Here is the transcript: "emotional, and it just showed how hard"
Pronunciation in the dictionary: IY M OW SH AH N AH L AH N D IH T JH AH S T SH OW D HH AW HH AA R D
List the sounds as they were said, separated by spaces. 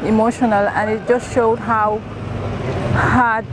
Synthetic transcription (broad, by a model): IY M OW SH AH N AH L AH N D IH T JH AH S T SH OW D HH AW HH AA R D